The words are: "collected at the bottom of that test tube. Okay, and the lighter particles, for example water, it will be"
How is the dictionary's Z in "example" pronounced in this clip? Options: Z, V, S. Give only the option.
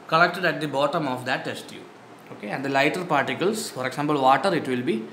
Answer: S